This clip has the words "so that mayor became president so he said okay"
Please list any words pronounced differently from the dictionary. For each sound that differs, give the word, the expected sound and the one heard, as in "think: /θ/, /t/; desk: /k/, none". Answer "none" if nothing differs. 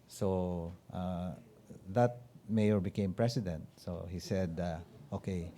president: /z/, /s/